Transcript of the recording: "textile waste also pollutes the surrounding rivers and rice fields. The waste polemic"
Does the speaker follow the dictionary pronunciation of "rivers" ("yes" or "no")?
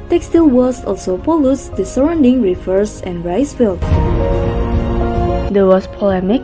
no